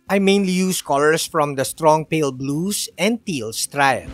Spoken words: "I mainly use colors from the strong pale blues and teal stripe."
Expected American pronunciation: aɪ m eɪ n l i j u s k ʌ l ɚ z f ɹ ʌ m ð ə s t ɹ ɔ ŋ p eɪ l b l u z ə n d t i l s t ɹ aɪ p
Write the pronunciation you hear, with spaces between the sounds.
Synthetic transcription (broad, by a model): aɪ m eɪ n l i j u s k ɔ l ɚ s f ɹ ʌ m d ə s t ɹ ɔ ŋ p eɪ l b l u s ə n d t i l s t ɹ aɪ